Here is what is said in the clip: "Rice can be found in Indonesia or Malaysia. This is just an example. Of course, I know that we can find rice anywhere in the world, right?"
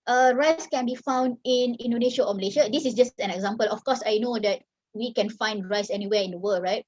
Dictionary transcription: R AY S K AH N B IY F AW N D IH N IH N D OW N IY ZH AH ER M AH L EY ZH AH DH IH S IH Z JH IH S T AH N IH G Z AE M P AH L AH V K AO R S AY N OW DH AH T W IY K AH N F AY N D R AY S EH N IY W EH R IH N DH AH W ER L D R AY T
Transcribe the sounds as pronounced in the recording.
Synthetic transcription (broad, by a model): R AY S K AH N B IY F AW N D IH N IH N D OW N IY SH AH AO M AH L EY SH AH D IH S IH S JH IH S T AH N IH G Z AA M P AH L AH F K AO S AY N OW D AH T W IY K AH N F AY N D R AY S EH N IY W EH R IH N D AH W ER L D R AY T